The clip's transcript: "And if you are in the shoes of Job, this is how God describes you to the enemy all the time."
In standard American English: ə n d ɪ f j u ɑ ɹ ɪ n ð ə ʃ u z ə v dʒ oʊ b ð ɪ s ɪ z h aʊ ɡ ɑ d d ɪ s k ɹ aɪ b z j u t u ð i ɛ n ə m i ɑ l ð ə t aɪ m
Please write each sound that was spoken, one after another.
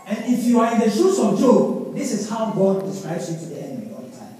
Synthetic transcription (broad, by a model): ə n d ɪ f j u ɑ ɹ ɪ n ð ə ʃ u s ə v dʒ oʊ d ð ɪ s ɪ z h aʊ ɡ ɑ d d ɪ s k ɹ aɪ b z j u t u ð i ɛ n ə m i ɑ l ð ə t aɪ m